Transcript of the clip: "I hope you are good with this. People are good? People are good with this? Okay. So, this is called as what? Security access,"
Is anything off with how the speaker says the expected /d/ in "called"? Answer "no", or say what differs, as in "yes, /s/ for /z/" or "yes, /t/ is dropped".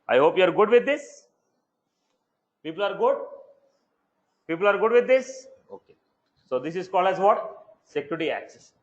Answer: yes, /d/ is dropped